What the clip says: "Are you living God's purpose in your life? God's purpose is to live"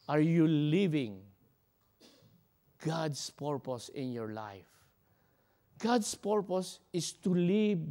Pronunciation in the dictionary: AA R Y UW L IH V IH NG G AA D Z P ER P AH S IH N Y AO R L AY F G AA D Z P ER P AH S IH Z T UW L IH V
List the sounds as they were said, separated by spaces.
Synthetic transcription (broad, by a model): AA R Y UW L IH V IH NG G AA D S P ER P AH S IH N Y AO R L AY F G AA D S P ER P AH S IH S T UW L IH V